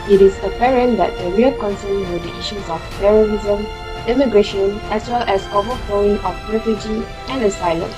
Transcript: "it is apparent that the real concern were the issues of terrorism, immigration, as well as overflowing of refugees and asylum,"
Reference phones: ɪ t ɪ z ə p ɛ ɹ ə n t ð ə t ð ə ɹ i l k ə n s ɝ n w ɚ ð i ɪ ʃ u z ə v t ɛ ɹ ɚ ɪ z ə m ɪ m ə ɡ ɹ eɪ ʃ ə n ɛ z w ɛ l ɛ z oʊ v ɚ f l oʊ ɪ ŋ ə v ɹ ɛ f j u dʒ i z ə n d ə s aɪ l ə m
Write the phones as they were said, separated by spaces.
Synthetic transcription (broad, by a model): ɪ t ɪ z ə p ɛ ɹ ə n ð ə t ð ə ɹ i l k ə n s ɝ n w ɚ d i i ʃ u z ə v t ɛ ɹ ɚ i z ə m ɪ m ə ɡ ɹ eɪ ʃ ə n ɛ s w ɛ l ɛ s oʊ v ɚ f l oʊ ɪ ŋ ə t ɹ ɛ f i dʒ i ə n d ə s aɪ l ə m